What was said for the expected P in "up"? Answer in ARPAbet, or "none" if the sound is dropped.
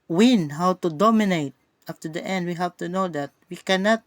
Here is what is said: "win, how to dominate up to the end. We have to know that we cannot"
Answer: F